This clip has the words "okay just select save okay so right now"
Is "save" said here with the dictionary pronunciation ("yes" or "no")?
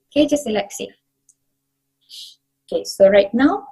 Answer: no